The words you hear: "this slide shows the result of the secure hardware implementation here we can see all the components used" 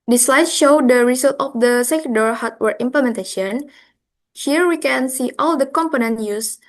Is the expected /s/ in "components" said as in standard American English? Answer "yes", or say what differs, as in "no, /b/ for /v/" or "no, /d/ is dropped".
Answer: no, /s/ is dropped